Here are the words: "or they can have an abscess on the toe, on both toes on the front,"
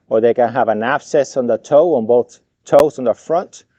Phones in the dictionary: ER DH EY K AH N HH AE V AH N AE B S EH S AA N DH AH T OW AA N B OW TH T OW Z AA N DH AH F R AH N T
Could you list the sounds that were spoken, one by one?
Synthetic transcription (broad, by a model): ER DH EY K AH N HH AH V AH N AE B S EH S N DH AH T OW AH N B OW TH T OW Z N DH AH F R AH N T